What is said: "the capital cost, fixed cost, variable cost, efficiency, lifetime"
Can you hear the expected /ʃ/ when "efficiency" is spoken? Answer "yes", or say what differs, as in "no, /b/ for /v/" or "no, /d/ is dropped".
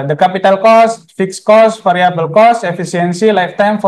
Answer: no, /s/ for /ʃ/